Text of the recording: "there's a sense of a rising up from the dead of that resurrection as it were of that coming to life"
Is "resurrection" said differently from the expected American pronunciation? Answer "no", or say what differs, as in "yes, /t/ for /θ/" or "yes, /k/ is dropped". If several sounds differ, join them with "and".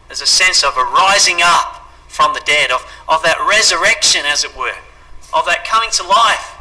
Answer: no